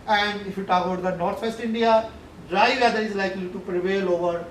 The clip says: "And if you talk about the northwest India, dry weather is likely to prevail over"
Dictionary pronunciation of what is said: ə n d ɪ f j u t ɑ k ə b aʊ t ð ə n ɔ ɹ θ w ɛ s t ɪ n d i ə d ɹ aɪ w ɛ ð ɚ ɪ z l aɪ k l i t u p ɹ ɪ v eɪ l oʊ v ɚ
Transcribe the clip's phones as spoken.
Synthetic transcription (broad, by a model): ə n d ɪ f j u t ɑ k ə ʊ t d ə n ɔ ɹ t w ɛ s t ɪ n d i ə d ɹ aɪ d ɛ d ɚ ɪ z l aɪ k l i t u p ɹ ɪ v eɪ l oʊ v ɚ